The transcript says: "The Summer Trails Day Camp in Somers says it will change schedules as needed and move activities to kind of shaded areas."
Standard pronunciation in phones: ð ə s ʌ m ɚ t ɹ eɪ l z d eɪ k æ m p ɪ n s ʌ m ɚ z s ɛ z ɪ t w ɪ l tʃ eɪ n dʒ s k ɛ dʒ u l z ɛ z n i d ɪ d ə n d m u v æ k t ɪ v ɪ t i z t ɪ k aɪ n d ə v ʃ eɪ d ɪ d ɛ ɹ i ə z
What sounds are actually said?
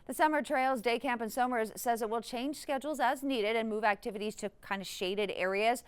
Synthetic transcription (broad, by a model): ð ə s ʌ m ɚ t ɹ eɪ l z d eɪ k æ m p ɪ n s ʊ m ɚ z s ɛ z ɪ t w ɪ l tʃ eɪ n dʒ s k ɛ dʒ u l z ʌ z n i d ɪ d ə n m u v æ k t ɪ v ɪ t i z t ɪ k aɪ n d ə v ʃ eɪ d ɪ d ɛ ɹ i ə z